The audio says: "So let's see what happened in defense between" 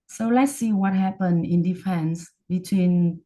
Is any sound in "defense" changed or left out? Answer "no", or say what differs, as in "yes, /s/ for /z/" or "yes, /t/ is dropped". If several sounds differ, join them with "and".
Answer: no